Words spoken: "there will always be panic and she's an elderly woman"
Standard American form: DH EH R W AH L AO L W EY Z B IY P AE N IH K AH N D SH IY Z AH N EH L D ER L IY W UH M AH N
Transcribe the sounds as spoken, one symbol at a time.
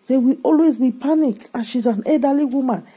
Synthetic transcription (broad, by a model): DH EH W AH AO L W EY Z B IY P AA N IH K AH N SH IY Z AH N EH D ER L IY W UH M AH N